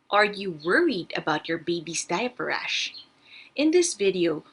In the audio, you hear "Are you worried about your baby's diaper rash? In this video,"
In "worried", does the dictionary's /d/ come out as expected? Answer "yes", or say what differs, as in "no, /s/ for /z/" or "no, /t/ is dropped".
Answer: yes